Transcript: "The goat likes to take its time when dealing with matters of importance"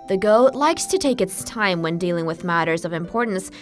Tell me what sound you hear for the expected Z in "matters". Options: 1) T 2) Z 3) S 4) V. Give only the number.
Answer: 2